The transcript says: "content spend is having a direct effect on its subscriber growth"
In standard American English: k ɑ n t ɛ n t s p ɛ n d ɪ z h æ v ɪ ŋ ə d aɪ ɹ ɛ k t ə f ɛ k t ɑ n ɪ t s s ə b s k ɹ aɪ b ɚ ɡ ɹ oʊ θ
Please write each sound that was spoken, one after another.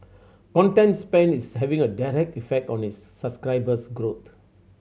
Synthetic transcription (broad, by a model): k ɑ n t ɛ n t s p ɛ n ɪ s h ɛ v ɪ ŋ ə d aɪ ɹ ɛ k t ə f ɛ k t ɑ n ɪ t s s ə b s k ɹ aɪ b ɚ ɡ ɹ oʊ t